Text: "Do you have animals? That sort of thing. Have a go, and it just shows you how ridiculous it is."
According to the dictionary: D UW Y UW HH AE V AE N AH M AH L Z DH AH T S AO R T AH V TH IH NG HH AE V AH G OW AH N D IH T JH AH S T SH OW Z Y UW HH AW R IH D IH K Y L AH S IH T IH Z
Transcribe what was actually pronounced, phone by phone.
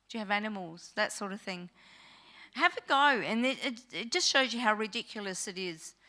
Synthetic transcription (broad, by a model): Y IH V AE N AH M L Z DH AH T S AO R T AH V TH IH NG HH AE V AH G OW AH N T IH T JH AH S T SH OW Z Y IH HH AW R IH D IH K Y L AH S IH T IH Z